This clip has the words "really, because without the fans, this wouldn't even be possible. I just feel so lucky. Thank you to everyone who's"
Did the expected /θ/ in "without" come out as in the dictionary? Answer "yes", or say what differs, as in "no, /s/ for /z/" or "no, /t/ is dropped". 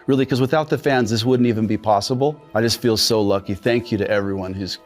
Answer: yes